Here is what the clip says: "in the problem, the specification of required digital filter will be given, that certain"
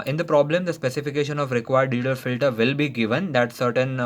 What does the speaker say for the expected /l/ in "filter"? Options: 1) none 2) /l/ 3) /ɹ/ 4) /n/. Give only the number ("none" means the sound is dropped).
2